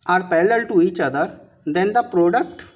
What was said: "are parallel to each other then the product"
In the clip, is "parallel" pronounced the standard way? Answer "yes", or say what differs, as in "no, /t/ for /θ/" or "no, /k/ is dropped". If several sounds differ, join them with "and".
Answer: no, /l/ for /ɹ/